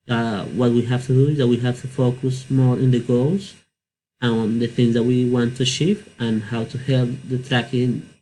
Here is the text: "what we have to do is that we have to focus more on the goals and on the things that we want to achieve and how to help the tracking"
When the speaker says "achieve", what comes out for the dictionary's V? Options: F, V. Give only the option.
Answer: F